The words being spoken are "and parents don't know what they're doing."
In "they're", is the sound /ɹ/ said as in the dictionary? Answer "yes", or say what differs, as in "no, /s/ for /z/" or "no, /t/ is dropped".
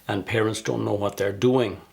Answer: yes